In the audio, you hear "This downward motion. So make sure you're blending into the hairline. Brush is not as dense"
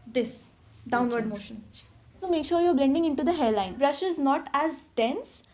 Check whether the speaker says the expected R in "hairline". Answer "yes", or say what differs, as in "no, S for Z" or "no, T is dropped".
no, L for R